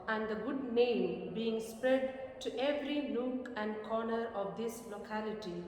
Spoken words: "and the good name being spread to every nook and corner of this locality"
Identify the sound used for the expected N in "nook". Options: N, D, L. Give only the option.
L